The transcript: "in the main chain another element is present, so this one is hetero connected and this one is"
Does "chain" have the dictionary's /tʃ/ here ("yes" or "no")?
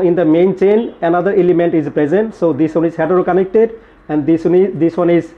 yes